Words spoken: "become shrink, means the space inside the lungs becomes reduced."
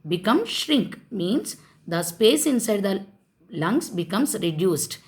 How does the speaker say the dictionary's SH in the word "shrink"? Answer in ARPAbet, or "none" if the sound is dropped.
SH